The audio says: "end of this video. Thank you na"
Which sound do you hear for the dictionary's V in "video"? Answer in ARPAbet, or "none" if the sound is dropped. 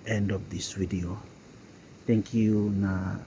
W